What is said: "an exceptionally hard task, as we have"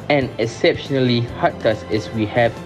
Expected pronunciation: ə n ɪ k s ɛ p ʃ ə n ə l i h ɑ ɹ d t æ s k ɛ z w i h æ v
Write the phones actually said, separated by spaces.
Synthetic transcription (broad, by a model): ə n ɪ k s ɛ p ʃ ə n ə l i h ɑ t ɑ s ɛ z w i h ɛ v